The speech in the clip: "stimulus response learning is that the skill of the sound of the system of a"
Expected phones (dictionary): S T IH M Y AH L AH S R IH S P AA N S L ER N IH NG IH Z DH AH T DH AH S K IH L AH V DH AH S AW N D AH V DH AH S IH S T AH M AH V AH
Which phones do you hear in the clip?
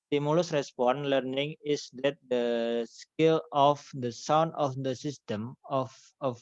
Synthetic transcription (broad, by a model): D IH M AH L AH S R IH S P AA N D L ER N IH NG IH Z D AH T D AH S K IH L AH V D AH S AW N D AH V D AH S IH S T AH M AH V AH